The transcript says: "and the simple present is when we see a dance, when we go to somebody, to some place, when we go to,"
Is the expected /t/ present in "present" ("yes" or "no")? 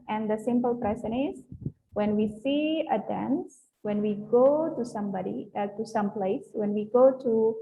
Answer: no